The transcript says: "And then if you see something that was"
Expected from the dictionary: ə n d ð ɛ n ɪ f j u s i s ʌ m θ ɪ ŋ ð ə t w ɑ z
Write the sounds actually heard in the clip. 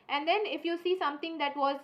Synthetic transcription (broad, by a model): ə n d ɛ n ɪ f j u s i s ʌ m t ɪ ŋ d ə t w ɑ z